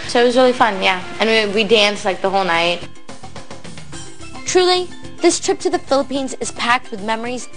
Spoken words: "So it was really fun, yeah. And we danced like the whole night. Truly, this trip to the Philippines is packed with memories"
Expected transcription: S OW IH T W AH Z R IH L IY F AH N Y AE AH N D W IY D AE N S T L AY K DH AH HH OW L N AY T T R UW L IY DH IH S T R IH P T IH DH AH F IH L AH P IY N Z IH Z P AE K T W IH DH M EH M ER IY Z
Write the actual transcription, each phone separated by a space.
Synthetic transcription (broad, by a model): S OW IH T W AH Z R IH L IY F AH N Y AE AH N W W IY D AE N S L AY K DH AH HH OW L N AY T T R UW L IY DH IH S T R IH P T IH DH AH F IH L AH P IY N Z IH Z P AE K T W IH DH M EH M ER IY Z